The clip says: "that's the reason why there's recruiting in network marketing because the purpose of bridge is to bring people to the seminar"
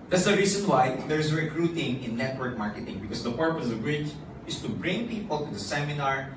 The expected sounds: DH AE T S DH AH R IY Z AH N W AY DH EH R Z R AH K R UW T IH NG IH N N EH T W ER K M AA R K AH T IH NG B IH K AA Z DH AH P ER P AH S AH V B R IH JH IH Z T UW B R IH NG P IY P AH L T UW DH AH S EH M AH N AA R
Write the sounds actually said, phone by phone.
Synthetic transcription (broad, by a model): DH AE T S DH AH R IY S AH N W AY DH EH R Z R AH K R UW T IH NG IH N N EH T W ER K M AA R K AH T IH NG B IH K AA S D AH P ER P AH S AH V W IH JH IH S T UW B R IH NG P IY P AH L T UW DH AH S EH M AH N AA R